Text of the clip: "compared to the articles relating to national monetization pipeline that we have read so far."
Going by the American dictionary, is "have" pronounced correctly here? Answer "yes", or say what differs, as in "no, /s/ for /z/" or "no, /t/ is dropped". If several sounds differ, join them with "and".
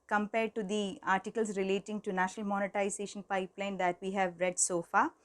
yes